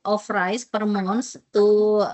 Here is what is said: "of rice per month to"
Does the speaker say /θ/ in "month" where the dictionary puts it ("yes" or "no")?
no